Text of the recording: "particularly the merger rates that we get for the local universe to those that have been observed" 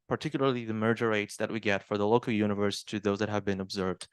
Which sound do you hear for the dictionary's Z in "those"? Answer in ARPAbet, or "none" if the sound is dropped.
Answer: Z